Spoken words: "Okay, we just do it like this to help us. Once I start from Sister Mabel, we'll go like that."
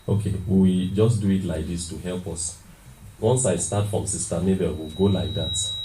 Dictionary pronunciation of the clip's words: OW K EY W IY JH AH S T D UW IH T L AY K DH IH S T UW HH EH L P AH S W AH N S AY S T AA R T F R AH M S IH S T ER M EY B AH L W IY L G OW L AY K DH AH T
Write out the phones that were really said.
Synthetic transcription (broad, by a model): OW K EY W IY JH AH S D UW IH T L AY K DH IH S T UW HH EH L P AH S W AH N S AY S T AA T F R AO M S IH S T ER M EY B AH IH W IY L G OW L AY K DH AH T